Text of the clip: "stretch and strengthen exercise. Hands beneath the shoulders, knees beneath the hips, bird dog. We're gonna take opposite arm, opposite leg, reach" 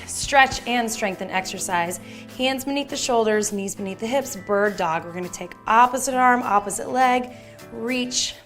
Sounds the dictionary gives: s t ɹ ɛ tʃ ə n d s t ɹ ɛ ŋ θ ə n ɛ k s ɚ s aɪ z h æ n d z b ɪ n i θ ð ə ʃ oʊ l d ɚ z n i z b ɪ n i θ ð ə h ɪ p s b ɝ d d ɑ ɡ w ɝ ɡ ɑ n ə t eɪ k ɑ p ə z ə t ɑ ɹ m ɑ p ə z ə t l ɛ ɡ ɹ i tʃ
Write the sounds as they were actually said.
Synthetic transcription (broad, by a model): s t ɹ ɛ tʃ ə n s t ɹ ɛ ŋ θ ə n ɛ k s ɚ s aɪ z h æ n d z b ɪ n i θ ð ə ʃ oʊ l d ɚ z n i z b ɪ n i θ ð ə h ɪ p s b ɝ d d ɑ ɡ w ɝ ɡ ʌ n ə t eɪ k ɑ p ə z ə t ɑ ɹ m ɑ p ə z ə t l ɛ ɡ ɹ i tʃ